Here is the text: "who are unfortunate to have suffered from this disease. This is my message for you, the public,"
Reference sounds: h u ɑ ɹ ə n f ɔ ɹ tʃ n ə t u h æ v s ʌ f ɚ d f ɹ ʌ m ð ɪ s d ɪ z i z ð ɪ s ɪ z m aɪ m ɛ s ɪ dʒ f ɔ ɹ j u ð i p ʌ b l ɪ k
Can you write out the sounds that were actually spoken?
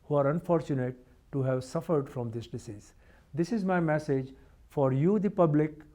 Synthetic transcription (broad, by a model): h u ɑ ɹ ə n f ɔ ɹ tʃ n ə t u h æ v s ʌ f ɚ d f ɹ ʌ m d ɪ s d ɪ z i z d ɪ s ɪ z m aɪ m ɛ s ɪ dʒ f ɔ ɹ j u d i p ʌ b l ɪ k